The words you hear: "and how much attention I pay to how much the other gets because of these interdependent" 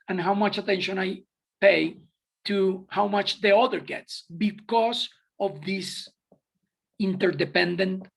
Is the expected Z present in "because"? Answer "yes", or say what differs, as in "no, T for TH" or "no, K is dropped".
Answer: no, S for Z